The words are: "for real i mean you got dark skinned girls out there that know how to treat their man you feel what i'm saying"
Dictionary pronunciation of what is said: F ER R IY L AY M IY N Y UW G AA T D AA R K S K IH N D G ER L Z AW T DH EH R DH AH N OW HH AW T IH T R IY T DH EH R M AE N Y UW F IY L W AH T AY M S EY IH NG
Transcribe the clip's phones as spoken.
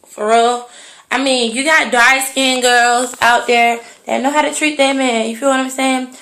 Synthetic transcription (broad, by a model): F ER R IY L AY M IY N Y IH G AA T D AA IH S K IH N G ER L Z AW T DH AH R DH AH N OW HH AW T IH T R IY T DH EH M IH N Y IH F IY L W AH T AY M S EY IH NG